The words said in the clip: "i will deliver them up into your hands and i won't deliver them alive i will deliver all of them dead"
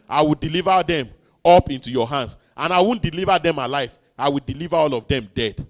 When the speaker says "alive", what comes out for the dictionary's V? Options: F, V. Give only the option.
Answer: F